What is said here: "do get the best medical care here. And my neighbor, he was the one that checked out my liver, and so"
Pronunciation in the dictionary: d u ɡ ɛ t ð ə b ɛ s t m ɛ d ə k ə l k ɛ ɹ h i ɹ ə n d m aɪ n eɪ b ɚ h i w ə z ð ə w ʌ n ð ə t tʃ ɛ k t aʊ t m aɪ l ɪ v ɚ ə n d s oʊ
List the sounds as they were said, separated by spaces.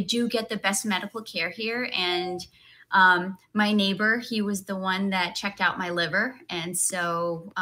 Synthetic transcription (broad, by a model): d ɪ ɡ ɛ t ð ə b ɛ s t m ɛ d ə k l k ɛ ɹ h i ɹ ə n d m aɪ n eɪ b ɚ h i w ə z ð ə w ʌ n ð ə t tʃ ɛ k t aʊ t m aɪ l ɪ v ɚ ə n s oʊ